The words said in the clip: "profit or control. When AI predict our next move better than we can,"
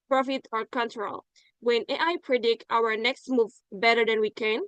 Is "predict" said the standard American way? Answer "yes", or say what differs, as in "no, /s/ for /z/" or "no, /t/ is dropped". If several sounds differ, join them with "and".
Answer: yes